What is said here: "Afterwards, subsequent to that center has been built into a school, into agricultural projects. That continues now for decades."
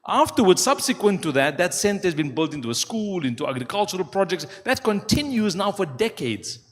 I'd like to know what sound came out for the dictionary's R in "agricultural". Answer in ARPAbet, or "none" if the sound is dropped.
R